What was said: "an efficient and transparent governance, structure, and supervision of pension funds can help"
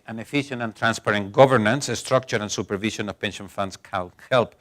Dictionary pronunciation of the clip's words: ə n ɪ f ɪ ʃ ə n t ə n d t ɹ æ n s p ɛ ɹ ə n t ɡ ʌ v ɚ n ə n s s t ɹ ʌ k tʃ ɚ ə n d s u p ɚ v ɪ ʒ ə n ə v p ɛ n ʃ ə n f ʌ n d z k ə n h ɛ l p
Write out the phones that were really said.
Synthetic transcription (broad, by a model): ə n ɪ f ɪ ʃ ə n t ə n t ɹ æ n s p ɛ ɹ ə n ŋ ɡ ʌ v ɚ n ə n s s t ɹ ʌ k tʃ ɚ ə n s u p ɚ v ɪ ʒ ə n ə v p ɛ n ʃ ə n f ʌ n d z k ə l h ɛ l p